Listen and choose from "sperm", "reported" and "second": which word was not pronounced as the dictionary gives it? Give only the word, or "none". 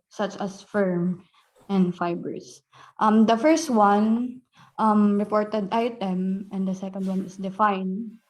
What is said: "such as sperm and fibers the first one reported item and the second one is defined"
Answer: sperm